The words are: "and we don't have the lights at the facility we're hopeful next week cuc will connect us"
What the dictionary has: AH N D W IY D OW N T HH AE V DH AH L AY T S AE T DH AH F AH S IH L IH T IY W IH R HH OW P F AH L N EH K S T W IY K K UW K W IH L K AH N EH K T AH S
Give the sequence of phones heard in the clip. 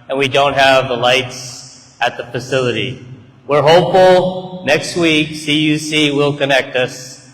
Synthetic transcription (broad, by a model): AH N W IY D OW N T HH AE V DH AH L AY T S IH T DH AH F AH S IH L IH T IY W IH R HH OW P F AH L N EH K S T W IY K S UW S W IH L K AH N EH K T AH S